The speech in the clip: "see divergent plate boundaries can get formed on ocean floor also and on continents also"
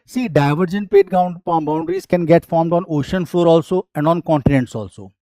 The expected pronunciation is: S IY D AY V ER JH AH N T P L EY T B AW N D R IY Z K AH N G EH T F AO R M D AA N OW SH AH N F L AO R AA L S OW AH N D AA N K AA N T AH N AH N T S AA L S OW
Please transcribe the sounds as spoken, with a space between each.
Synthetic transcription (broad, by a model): S IY D AY V ER JH AH N T P EY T B AW N D R IY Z K AH N G EH T F AO R M D AA N OW SH AH N F L AO R AA L S OW AH N D AA N K AA N T AH N AH N T S AA L S OW